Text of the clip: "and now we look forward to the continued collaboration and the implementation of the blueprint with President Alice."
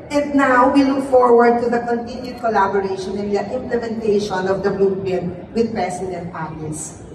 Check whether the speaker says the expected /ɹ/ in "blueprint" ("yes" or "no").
no